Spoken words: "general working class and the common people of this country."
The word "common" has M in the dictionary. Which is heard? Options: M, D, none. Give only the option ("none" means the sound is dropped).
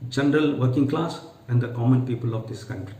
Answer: M